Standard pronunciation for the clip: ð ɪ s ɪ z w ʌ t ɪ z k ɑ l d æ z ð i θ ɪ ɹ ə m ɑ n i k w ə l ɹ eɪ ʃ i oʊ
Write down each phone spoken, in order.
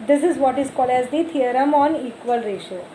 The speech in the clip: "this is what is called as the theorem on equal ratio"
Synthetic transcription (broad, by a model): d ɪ s ɪ z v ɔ t ɪ z k ɑ l d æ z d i t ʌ ɹ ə m ɑ n i k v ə l ɹ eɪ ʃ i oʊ